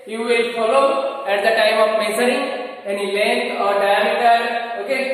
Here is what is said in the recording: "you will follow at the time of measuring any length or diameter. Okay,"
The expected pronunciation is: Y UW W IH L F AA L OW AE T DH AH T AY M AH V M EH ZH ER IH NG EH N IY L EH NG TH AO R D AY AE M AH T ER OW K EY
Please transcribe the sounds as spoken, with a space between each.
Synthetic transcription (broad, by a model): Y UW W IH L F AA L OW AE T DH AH T AY M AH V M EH S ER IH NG EH N IY L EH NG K AO R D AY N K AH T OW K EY